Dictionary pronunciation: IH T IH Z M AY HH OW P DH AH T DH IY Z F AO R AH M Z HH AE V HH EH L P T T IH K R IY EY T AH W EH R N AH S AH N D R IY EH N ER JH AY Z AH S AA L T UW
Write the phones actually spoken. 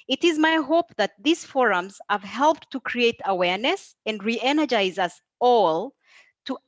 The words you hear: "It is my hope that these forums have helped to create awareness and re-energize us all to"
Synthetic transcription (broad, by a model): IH T IH Z M AY HH OW P DH AH T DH IY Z F AO R AH M Z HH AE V HH EH L P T T IH K R IY EY T AH W EH R N AH S AH N D R IY EH N ER JH AY Z AH S AA L T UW